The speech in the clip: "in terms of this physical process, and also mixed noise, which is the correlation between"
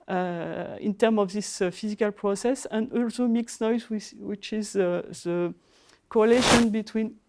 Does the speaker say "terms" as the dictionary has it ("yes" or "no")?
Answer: no